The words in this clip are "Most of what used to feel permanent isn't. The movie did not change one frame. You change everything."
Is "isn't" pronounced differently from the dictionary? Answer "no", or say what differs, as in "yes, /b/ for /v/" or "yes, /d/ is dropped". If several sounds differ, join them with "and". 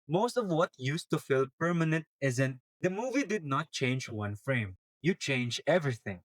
no